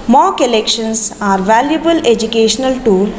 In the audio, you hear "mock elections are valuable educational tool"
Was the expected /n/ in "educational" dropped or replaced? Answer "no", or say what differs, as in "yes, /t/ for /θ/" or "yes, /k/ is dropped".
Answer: no